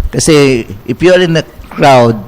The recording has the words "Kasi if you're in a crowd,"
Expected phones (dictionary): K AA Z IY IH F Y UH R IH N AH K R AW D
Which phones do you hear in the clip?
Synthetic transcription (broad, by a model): K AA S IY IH P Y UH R IH N AH K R AW D